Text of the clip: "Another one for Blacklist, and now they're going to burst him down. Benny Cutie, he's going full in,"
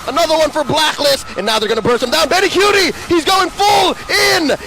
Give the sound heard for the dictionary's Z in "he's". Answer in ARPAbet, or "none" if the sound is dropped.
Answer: Z